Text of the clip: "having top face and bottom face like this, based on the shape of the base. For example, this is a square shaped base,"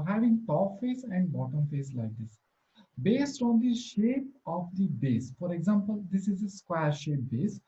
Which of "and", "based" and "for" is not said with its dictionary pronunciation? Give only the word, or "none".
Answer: none